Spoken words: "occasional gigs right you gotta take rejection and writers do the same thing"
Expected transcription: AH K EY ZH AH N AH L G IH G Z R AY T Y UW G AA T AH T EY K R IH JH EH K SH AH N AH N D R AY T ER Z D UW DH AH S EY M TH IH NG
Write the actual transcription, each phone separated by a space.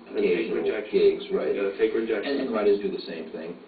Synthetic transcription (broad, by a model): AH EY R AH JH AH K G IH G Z R AY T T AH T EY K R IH JH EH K AH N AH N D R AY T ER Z D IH DH AH S EY M TH IH NG